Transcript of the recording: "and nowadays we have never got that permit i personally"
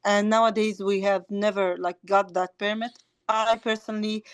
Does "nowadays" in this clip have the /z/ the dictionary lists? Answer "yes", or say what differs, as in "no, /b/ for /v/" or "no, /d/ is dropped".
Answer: yes